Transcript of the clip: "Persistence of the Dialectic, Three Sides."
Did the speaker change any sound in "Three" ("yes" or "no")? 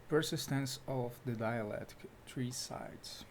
yes